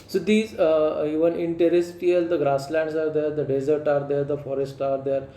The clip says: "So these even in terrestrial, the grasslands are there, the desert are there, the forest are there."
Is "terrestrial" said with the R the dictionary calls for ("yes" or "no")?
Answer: no